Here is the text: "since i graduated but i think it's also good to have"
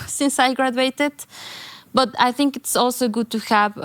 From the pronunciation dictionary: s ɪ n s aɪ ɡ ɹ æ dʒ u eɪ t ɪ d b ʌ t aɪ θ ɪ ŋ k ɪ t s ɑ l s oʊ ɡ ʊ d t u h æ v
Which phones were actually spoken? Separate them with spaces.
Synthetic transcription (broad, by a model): s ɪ n s aɪ ɡ ɹ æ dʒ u eɪ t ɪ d b ʌ t aɪ θ ɪ ŋ k ɪ t s ɑ l s oʊ ɡ ʊ d t u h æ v